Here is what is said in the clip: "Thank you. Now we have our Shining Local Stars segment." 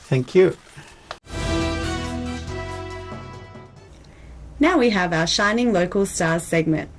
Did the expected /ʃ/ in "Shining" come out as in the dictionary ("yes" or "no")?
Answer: yes